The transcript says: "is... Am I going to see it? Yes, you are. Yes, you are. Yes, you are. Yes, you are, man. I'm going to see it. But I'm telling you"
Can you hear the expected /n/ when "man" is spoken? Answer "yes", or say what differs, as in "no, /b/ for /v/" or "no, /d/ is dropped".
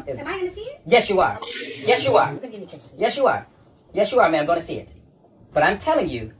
no, /n/ is dropped